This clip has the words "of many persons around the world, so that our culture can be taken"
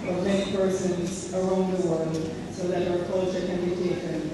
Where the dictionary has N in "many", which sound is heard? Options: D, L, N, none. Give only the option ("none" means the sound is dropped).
none